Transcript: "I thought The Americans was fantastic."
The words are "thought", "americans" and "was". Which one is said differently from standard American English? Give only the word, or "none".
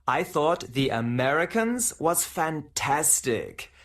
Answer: none